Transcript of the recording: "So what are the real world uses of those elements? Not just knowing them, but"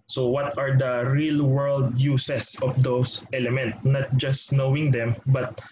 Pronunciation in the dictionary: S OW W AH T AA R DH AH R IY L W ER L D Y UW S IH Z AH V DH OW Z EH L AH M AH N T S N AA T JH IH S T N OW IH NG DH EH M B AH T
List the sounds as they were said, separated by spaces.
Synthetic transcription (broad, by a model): S OW W AH T AA R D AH R IY L W ER L D Y UW S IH S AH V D OW S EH L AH M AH N T N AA T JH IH S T N OW IH NG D EH M B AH T